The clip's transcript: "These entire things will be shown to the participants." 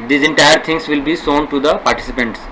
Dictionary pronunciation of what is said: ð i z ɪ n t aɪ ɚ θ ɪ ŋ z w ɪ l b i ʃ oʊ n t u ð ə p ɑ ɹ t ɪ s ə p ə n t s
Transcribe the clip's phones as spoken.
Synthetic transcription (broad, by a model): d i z ɪ n t aɪ ɚ t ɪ ŋ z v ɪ l b i s oʊ n t u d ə p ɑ ɹ t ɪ s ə p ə n t s